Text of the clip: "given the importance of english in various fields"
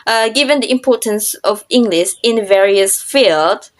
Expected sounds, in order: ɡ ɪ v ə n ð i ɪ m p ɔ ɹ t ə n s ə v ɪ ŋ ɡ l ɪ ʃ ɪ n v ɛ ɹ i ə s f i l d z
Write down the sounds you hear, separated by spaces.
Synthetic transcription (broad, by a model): ɡ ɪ v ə n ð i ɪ m p ɔ t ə n s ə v ɪ ŋ ɡ l ɪ ʃ ɪ n v ɛ ɹ i ə s f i l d